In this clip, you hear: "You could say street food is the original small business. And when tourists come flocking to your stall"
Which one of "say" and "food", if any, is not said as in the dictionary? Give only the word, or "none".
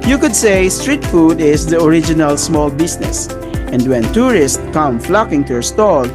none